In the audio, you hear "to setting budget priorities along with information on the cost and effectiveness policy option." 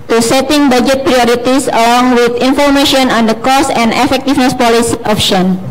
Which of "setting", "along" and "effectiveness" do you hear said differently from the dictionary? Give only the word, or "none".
effectiveness